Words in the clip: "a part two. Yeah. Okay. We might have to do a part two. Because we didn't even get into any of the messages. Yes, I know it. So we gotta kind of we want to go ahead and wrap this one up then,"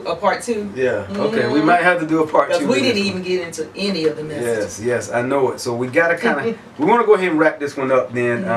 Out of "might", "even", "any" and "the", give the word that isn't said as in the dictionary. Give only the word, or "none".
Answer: none